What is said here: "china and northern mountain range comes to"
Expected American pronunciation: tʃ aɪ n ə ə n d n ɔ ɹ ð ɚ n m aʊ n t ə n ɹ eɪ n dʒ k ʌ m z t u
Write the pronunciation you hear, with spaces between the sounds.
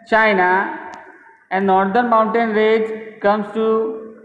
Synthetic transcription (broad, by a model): tʃ aɪ n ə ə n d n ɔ ɹ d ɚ n m aʊ n t ə n ɹ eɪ dʒ k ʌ m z t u